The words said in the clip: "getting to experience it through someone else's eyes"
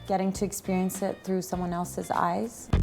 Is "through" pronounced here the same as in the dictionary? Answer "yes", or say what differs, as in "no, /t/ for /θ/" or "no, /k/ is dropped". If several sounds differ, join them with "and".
yes